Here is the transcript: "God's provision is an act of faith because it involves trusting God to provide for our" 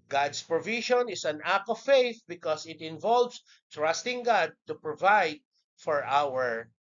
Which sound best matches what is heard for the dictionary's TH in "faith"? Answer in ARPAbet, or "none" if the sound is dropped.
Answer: TH